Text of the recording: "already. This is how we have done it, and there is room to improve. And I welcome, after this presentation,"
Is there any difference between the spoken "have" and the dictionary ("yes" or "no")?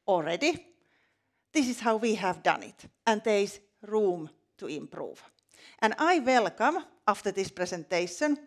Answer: no